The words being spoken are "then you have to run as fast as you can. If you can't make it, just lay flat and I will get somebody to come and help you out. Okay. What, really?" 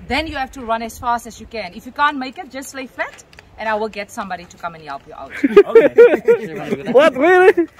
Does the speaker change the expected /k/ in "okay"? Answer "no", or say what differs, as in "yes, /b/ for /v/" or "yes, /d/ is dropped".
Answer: yes, /k/ is dropped